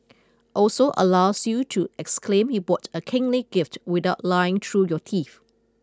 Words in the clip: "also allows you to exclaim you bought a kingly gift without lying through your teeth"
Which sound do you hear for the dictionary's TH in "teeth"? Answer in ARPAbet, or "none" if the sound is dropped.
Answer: F